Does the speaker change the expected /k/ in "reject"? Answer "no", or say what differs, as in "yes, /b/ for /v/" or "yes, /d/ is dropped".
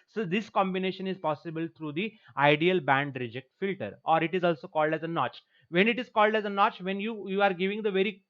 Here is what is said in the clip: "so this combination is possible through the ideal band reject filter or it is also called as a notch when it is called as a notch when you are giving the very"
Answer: no